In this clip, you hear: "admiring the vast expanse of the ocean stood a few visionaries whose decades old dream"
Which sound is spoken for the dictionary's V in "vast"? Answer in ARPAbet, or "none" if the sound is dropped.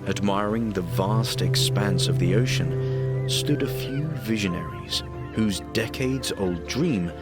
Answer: V